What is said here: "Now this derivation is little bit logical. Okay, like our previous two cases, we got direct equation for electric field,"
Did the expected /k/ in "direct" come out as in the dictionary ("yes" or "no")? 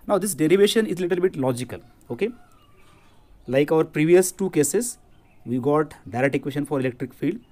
no